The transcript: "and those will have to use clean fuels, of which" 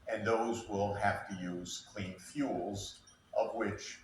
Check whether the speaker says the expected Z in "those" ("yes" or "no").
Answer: yes